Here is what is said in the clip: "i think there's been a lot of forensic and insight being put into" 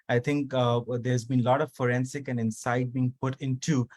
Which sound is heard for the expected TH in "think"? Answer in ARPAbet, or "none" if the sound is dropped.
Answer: T